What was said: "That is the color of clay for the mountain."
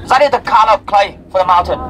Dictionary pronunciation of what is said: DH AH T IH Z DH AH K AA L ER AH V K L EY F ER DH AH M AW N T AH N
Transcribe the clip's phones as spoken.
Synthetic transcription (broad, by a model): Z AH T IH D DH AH K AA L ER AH P K L EY F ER DH AH M AW N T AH N